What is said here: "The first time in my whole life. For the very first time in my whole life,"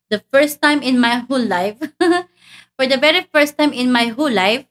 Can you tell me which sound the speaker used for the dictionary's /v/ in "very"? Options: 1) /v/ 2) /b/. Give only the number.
2